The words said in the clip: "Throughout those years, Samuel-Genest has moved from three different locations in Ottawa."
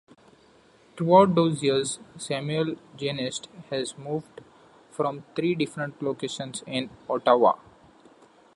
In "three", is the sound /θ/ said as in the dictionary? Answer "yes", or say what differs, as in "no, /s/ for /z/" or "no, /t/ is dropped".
no, /t/ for /θ/